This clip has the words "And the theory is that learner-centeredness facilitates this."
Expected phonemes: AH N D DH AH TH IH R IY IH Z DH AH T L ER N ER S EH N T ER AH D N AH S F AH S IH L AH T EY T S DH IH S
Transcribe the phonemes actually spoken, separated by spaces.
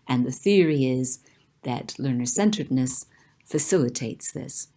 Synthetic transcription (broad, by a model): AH N DH AH TH IH R IY IH Z DH AH T L ER N ER S EH N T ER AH D N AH S F AH S IH L AH T EY T S DH IH S